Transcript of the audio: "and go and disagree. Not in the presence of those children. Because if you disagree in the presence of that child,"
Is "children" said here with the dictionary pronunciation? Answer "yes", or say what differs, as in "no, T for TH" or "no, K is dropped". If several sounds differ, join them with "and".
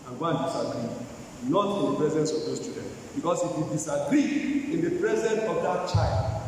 no, L is dropped and R is dropped